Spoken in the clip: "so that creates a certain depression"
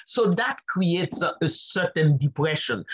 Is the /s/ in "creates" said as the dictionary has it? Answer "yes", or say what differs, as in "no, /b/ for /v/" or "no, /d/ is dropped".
yes